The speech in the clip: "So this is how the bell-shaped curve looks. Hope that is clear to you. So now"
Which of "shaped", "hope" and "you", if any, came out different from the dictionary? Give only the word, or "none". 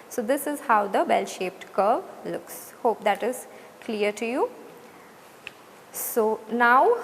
none